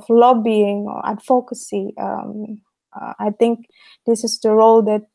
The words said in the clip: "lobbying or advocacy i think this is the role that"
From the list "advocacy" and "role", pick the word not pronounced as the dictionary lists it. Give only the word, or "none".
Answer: advocacy